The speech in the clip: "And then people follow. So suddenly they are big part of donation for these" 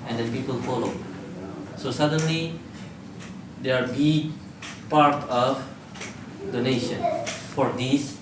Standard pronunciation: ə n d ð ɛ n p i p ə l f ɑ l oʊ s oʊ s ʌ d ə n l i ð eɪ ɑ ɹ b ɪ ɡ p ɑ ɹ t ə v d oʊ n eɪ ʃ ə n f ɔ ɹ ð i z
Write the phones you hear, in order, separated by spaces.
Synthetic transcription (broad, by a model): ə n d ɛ n p i p ə l f ɑ l oʊ s oʊ s ʌ d ə n l i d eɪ ɑ ɹ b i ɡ p ɑ ɹ t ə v d oʊ n eɪ ʃ ə n f ɔ ɹ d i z